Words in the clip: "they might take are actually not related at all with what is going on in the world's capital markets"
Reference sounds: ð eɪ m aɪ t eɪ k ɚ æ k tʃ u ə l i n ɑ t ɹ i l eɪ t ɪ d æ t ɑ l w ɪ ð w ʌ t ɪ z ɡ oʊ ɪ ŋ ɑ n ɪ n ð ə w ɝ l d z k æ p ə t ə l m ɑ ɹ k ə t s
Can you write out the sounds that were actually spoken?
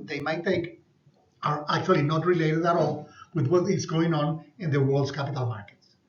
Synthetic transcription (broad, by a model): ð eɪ m aɪ t eɪ k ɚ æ k tʃ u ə l i n ɑ t ɹ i l eɪ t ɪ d æ t ɑ l w ɪ ð w ʌ t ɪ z ɡ oʊ ɪ ŋ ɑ n ɪ n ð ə w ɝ l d s k æ p ə t ə l m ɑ ɹ k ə t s